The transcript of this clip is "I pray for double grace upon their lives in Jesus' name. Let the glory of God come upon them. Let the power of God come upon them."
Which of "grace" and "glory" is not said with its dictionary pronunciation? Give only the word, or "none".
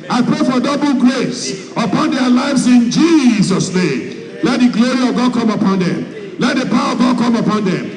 none